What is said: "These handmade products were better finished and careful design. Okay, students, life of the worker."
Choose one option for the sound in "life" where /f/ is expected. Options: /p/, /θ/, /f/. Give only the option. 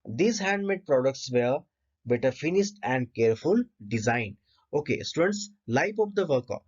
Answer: /p/